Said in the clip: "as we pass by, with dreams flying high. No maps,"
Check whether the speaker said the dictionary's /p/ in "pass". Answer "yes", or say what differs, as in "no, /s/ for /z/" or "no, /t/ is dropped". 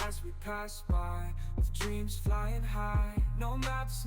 yes